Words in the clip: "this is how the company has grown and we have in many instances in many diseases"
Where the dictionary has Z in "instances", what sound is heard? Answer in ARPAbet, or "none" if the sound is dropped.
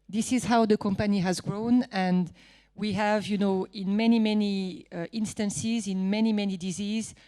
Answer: Z